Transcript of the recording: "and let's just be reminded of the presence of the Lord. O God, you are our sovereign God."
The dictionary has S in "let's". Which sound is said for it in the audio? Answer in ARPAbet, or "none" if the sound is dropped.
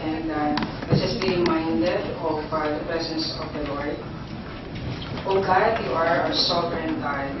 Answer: none